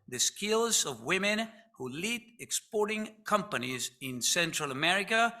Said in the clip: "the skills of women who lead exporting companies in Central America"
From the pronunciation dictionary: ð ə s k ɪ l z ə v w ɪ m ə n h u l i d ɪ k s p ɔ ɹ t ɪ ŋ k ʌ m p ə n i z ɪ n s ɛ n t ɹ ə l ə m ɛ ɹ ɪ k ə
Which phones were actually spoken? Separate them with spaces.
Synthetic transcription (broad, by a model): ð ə s k ɪ l z ə v w ɪ m ə n h u l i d ɪ k s p ɔ ɹ t ɪ ŋ k ʌ m p ə n i z ɪ n s ɛ n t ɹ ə l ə m ɛ ɹ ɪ k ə